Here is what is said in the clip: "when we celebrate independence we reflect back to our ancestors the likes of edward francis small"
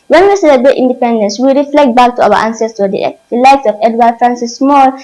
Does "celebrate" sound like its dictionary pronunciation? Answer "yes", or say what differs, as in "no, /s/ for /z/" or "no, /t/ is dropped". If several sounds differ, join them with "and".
no, /ɹ/ is dropped